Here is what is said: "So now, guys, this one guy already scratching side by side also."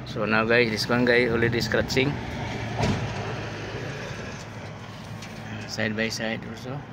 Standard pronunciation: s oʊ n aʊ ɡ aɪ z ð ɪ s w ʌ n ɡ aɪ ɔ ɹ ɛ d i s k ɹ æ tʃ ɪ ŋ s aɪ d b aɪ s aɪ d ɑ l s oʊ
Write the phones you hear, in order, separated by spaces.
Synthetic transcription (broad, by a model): s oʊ n aʊ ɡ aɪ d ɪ s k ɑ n ɡ aɪ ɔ l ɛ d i s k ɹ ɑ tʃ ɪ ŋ s aɪ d b aɪ s aɪ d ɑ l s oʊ